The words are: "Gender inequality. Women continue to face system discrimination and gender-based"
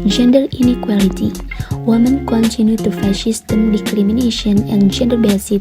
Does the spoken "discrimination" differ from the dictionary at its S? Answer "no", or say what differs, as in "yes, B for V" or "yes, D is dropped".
yes, S is dropped